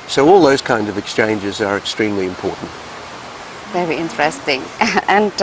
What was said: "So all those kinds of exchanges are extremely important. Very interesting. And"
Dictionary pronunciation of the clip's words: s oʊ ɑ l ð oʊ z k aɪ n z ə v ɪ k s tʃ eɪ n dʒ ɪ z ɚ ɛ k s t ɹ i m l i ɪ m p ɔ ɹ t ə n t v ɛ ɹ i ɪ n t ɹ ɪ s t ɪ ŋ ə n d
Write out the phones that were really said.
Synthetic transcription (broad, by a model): s oʊ ɑ l ð oʊ z k aɪ n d ə v ɪ k s tʃ eɪ n dʒ ɪ z ɚ ɛ k s t ɹ i m l i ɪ m p ɔ ɹ t n t v ɛ ɹ i ɪ n t ɹ ɪ s t ɪ ŋ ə n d